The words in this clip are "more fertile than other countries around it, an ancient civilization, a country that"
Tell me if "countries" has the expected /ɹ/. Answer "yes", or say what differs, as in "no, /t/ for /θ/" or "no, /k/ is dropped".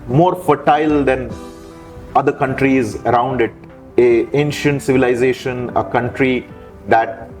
yes